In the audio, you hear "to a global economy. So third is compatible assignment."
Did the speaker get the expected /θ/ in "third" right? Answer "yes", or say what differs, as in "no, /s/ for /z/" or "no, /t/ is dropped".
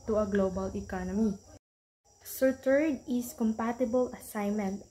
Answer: no, /t/ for /θ/